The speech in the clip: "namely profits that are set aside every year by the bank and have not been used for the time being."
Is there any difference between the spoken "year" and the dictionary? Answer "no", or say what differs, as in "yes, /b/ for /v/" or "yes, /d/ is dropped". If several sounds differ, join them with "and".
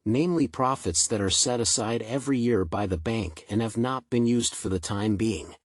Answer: no